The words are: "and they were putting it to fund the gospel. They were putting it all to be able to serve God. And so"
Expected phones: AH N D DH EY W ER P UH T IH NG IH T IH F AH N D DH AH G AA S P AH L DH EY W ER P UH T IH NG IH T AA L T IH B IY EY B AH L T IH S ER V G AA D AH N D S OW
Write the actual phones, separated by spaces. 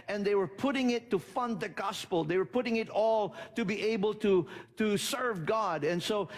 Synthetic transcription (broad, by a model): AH N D DH EY W ER P UH T IH NG IH T IH F AH N D DH AH G AA S P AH L DH EY W ER P UH T IH NG IH T AA L T IH B IY EY B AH L T IH S ER V G AA D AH N S OW